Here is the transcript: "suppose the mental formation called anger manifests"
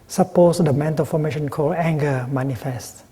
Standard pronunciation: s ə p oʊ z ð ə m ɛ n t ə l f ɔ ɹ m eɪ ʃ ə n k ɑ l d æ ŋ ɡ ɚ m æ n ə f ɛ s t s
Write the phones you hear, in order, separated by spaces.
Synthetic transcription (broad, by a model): s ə p oʊ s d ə m ɛ n t ə l f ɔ m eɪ ʃ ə n k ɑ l æ ŋ ɡ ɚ m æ n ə f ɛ s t